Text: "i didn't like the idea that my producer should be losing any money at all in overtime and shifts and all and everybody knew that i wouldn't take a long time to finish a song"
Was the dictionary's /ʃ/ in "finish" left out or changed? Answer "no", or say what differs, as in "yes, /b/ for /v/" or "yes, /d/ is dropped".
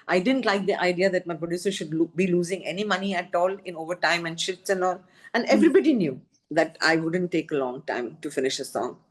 no